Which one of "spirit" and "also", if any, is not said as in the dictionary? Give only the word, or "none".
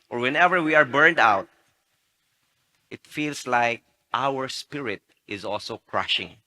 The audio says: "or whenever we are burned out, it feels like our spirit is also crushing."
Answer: none